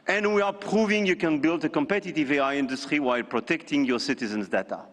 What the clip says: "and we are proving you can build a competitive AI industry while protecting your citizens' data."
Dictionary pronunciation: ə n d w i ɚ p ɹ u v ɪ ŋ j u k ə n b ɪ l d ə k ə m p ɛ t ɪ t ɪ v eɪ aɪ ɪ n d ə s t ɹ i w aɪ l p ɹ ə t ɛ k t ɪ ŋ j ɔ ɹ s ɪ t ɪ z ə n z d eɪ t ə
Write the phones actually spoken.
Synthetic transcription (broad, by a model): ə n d w i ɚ p ɹ u v ɪ ŋ j u k ə n b ɪ l d ə k ə m p ɛ t ɪ t ɪ v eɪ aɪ ɪ n d ə s t ɹ i w aɪ l p ɹ ə t ɛ k t ɪ ŋ j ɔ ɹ s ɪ t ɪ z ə n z d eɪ t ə